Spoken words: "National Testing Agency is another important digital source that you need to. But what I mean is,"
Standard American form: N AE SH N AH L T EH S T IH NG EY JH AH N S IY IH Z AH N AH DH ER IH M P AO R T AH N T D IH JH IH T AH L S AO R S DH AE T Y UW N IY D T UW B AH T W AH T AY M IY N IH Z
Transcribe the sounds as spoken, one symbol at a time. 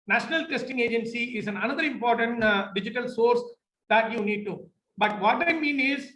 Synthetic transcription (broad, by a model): N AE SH N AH L T EH S T IH NG EY JH AH N S IY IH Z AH N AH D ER IH M P AO R T AH N T D IH JH IH T AH L S AO R S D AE T Y UW N IY D T UW B AH T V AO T AY M IY N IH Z